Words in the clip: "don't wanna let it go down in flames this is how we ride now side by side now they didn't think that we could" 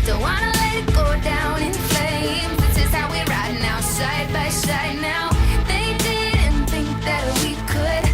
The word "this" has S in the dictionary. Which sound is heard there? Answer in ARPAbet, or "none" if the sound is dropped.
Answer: none